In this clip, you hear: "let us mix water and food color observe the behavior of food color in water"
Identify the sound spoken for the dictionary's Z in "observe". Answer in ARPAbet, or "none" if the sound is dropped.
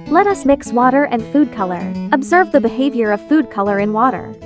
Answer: Z